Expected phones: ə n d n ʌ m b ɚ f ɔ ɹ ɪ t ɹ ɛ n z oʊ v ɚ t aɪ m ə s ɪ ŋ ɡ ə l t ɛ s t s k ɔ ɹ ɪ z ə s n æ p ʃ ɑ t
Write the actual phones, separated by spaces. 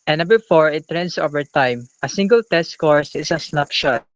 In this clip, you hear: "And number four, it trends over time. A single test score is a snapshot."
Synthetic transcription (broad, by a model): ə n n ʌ b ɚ f ɔ ɹ ɪ t ɹ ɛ n s oʊ v ɚ t aɪ m ə s ɪ ŋ ɡ ə l t ɛ s t k ɔ ɹ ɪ s ə s n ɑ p ʃ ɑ t